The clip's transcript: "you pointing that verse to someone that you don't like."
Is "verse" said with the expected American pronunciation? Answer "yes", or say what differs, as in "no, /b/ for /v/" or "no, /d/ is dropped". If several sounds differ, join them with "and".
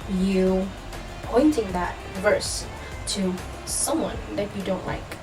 yes